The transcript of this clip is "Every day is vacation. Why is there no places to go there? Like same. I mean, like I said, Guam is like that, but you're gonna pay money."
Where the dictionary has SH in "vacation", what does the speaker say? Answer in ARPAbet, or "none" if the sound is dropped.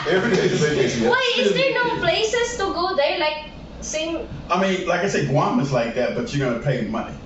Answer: S